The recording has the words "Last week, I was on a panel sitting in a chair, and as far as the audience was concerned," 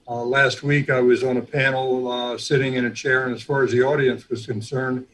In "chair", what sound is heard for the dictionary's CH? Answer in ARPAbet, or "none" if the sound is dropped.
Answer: CH